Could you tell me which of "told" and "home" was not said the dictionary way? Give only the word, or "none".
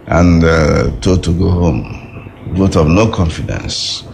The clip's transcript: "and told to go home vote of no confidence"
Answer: told